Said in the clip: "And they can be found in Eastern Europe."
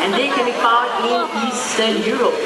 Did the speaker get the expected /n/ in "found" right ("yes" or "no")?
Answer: no